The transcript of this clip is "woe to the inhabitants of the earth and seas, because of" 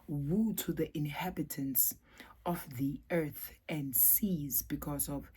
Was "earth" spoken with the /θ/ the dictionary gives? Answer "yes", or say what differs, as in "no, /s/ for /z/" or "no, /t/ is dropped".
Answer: yes